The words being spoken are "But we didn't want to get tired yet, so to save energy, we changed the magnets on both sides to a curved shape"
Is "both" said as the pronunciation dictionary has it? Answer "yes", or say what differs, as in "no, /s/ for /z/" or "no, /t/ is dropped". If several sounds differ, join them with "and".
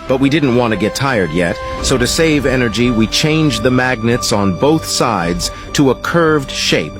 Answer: yes